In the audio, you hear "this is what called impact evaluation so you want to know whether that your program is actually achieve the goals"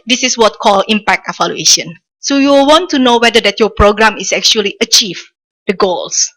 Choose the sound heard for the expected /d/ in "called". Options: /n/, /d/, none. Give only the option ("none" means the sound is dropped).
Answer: none